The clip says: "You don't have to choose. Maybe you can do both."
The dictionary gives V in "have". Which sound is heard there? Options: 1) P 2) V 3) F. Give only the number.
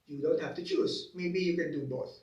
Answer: 3